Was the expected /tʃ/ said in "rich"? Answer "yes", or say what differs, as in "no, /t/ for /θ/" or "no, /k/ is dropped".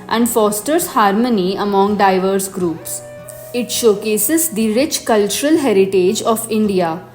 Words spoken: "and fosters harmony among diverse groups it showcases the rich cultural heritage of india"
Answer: yes